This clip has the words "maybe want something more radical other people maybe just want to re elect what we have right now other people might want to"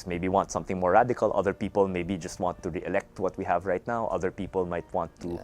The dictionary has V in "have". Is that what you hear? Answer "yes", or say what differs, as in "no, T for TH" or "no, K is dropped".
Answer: yes